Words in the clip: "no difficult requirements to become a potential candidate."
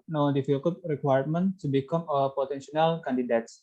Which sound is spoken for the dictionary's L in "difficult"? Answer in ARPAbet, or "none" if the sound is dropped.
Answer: none